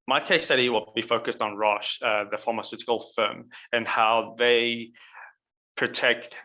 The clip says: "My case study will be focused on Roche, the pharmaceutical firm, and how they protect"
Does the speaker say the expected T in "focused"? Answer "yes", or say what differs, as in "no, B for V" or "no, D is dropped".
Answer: yes